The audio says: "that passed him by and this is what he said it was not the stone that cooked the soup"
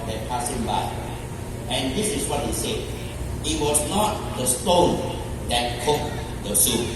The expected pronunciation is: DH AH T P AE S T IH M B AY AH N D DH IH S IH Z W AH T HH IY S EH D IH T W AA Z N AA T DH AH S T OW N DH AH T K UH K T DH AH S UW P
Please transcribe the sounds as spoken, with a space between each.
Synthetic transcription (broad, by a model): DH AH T P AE S IH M B AY AH N D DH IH S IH S W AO T HH IY S EH D IH T W AA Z N AA T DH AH S T OW N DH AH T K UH K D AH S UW